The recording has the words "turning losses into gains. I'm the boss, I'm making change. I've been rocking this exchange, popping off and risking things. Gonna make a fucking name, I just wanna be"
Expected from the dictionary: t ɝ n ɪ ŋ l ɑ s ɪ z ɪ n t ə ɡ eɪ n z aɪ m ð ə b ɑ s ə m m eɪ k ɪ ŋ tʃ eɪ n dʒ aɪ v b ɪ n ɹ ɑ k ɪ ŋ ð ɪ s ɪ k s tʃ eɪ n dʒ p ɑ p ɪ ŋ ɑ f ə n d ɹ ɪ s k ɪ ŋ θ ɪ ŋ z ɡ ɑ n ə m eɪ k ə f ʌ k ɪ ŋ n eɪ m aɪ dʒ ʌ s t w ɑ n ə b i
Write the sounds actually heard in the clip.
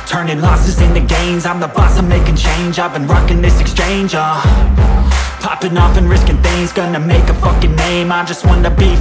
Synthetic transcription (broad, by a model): t ɝ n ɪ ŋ l ɑ s ɪ z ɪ n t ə ɡ eɪ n z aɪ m ð ə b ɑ s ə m m eɪ k ɪ ŋ tʃ eɪ n dʒ aɪ v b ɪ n ɹ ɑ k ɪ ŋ ð ɪ s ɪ k s tʃ eɪ n dʒ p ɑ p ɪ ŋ ɑ f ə n ɹ ɪ s k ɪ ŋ θ ɪ ŋ z ɡ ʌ n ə m eɪ k ə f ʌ k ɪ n eɪ m aɪ dʒ ʌ s t w ɑ n ə b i